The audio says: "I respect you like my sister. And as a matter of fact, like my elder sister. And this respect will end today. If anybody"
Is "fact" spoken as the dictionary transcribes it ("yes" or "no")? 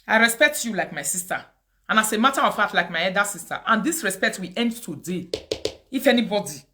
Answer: no